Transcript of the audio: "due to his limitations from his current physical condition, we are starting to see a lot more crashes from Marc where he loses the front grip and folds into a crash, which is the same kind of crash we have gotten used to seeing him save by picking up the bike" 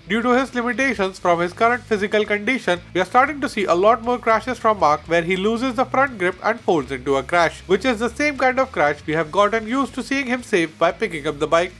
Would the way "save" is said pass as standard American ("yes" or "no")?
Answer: no